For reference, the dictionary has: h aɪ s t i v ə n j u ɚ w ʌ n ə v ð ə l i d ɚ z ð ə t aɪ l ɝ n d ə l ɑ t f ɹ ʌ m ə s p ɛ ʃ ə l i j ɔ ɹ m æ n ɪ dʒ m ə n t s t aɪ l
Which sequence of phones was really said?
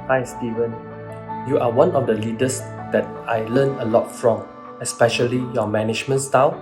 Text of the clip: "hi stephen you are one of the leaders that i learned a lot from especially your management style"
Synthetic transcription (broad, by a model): h aɪ s t i v ə n j u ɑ w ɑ n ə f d ə l i d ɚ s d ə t aɪ l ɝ n ə l ɑ t f ɹ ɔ m ə s p ɛ ʃ ə l i j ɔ m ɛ n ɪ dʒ m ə n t s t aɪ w